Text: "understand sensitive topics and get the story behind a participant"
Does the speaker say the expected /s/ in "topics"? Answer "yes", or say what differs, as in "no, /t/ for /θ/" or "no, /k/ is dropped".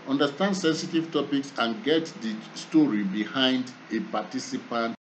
yes